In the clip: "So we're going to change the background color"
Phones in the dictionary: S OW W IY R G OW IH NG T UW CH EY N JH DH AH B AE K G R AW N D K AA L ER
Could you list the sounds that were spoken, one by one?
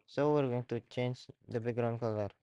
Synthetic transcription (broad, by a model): S OW W IY R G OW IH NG T UW CH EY N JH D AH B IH G R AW N K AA L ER